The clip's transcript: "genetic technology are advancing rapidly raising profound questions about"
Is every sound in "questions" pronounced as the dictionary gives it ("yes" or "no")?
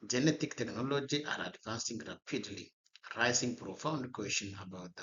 no